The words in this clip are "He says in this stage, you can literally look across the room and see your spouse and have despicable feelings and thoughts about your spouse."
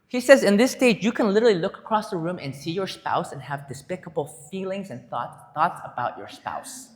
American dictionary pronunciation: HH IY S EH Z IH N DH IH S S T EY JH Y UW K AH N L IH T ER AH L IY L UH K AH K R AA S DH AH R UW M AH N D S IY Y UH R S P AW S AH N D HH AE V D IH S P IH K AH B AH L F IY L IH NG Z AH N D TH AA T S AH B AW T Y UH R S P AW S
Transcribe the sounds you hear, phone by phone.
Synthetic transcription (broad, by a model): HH IY S EH Z IH N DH IH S S T EY JH Y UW K AH N L IH T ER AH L IY L UH K AH K R AA S DH AH R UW M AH N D S IY Y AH R S P AW S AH N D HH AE V D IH S P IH K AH B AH L F IY L IH NG Z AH N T TH AA T S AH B AW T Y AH R S P AW S